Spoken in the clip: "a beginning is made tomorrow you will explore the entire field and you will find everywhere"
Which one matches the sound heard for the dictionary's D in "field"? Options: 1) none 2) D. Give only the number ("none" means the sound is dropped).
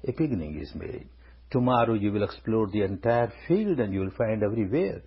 2